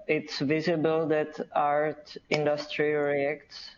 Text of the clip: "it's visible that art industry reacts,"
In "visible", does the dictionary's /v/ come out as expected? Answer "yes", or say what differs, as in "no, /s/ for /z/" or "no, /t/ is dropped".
yes